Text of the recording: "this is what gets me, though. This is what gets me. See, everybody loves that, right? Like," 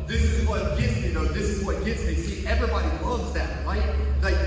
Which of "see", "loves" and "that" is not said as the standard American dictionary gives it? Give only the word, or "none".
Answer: loves